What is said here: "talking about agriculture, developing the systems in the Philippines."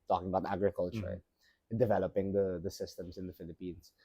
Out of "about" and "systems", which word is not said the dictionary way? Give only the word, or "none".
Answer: systems